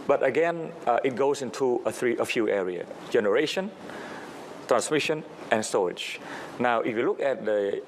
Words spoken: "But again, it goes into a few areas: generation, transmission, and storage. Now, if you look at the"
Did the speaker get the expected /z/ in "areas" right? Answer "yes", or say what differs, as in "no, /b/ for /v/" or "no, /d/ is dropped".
no, /z/ is dropped